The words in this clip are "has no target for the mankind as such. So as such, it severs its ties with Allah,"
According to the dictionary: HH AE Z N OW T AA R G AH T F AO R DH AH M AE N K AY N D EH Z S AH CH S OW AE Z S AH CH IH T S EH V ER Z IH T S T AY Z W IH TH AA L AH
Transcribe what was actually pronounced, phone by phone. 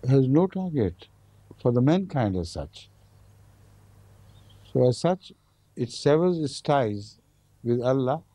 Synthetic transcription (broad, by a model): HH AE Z N OW T AA R G AH T F AO R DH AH M AE N K AY N D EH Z S AH CH S OW AE Z S AH CH IH T S EH V ER Z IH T S T AY Z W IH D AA L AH